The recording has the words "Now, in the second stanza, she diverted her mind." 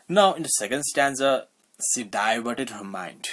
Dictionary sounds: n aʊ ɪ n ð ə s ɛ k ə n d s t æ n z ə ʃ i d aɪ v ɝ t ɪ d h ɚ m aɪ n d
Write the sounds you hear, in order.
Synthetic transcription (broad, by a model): n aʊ ɪ n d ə s ɛ k ə n d s t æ n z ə s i d aɪ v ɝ t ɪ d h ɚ m aɪ n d